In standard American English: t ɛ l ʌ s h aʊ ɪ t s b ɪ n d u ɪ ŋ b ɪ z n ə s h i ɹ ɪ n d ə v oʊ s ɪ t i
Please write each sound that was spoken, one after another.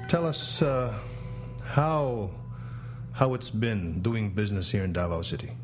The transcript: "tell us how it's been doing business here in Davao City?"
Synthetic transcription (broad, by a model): t ɛ l ʌ s h aʊ ɪ t s b ɪ n d u ɪ ŋ b ɪ z n ə s h i ɹ ɪ n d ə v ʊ s ɪ t i